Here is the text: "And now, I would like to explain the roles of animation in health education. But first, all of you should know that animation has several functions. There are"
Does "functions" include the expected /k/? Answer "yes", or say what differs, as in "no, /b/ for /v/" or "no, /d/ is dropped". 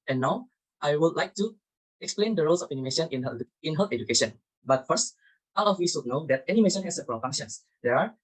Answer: no, /k/ is dropped